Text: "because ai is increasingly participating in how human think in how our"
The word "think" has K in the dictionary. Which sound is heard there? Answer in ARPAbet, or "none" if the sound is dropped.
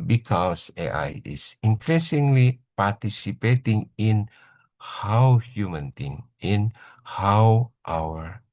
none